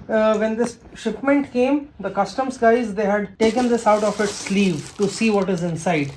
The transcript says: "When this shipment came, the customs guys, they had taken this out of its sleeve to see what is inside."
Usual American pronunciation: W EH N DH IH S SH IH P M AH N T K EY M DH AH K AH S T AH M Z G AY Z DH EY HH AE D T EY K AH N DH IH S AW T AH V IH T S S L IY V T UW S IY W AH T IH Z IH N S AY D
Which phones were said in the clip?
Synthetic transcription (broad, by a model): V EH N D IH S SH IH P M AH N T K EY M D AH K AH S T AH M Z G AY Z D EY HH AE D T EY K AH N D IH S AW T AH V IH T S S L IY V T UW S IY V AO T IH Z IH N S AY D